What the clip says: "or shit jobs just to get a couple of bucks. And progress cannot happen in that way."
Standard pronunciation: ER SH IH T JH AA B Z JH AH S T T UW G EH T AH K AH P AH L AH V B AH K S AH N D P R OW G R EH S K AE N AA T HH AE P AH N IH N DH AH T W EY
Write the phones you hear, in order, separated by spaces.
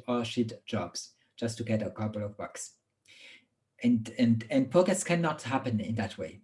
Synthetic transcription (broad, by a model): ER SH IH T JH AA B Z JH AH S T T UW G EH T AH K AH P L AH V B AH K S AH N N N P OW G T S K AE N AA T HH AE P AH N IH N DH AH T W EY